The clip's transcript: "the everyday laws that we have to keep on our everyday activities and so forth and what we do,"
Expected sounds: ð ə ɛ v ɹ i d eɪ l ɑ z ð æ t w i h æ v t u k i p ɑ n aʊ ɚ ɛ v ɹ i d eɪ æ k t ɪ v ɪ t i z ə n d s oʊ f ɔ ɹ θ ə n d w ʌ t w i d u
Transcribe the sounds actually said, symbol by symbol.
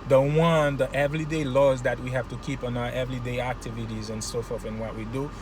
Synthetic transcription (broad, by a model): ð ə ɛ v ɹ i d eɪ l ɑ z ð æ t w i h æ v t u k i p ɑ n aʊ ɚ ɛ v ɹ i d eɪ æ k t ɪ v ɪ t i z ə n s oʊ f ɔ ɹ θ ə n w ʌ t w i d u